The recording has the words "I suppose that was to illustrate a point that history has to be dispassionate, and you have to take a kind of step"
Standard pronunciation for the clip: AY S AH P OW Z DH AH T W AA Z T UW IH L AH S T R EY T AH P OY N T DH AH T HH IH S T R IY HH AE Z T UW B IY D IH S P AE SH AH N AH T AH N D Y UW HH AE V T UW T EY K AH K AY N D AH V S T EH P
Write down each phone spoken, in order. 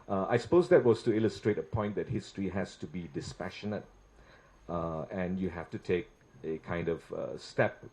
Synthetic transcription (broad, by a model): AY S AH P OW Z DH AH T W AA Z T UW IH L AH S T R EY T AH P OY N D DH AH T HH IH S T R IY HH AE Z T UW B IY D IH S P AE SH AH N AH T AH N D Y UW HH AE F T UW T EY K AH K AY N D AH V S T EH P